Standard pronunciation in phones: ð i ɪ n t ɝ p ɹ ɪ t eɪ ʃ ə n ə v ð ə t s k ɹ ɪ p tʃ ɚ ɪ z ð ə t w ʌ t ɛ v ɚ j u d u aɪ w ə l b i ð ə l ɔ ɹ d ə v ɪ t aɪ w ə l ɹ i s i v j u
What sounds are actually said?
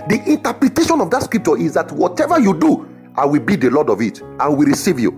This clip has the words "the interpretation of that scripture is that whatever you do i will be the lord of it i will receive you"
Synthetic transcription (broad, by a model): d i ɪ n t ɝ p ɹ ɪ t eɪ ʃ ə n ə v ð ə t s k ɹ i p tʃ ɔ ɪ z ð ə t w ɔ t ɛ v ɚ j u d u aɪ w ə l b i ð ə l ɔ d ə v ɪ t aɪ w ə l ɹ i s i v j u